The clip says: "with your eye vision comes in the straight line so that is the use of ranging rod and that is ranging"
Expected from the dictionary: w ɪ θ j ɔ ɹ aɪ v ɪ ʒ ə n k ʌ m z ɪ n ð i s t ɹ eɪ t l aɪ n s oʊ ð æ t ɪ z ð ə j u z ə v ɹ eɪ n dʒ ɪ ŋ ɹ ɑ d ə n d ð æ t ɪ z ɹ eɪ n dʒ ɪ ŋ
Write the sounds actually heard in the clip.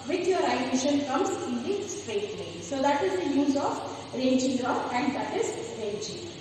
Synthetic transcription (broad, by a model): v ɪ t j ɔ ɹ aɪ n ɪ ʃ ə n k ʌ m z ɪ n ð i s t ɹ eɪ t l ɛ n s oʊ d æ t ɪ z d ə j u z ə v ɹ eɪ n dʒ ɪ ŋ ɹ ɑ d ə n d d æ t ɪ z ɹ eɪ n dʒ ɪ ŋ